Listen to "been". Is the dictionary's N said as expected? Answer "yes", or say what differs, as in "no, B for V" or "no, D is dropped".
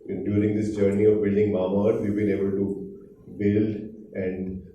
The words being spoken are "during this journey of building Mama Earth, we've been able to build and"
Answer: no, L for N